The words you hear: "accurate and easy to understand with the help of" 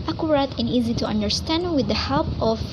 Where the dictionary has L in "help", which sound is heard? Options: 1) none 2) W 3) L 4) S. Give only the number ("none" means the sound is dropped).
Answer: 3